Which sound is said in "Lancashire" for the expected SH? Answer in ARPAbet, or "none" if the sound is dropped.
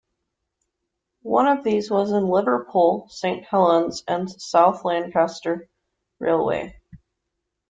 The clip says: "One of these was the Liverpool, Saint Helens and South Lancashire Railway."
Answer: S